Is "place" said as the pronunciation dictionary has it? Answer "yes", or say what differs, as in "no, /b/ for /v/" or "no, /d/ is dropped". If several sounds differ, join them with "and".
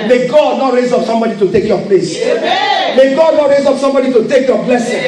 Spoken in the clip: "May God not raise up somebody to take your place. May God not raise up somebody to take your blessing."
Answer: yes